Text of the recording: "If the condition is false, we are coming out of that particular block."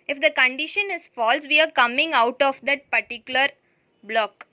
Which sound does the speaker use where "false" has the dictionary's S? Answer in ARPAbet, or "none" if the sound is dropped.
S